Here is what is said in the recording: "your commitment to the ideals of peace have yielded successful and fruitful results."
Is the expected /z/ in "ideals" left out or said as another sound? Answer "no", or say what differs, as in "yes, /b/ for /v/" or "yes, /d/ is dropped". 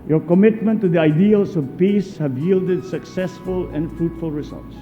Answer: yes, /s/ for /z/